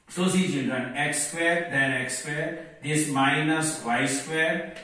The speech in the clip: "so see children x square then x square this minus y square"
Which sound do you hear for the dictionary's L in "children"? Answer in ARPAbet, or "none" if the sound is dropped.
N